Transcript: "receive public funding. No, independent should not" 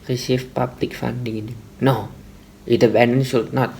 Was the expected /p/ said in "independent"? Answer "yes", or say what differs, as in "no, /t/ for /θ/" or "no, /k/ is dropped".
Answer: no, /b/ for /p/